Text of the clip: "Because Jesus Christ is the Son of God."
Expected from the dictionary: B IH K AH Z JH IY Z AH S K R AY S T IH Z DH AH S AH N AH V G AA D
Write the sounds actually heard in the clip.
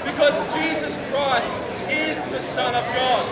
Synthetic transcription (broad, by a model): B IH K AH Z JH IY Z AH S K R AY S T IH Z DH AH S AH N AH V G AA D